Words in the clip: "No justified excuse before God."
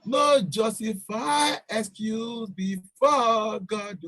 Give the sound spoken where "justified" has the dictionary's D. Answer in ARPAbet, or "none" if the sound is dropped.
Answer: none